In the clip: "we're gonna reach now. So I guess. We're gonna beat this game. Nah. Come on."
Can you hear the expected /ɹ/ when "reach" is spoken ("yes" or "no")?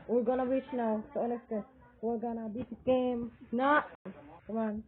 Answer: no